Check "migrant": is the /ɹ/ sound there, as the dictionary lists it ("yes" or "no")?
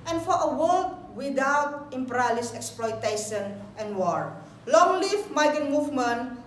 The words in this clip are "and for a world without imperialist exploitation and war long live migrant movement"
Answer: no